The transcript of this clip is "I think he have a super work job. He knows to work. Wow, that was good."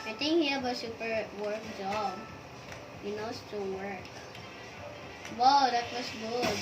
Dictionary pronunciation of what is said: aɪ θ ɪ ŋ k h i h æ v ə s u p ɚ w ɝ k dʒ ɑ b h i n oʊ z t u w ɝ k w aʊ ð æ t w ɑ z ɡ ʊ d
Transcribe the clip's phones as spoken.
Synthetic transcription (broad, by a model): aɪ t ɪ ŋ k h i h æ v ə s u p ɚ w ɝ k dʒ ɑ b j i n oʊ s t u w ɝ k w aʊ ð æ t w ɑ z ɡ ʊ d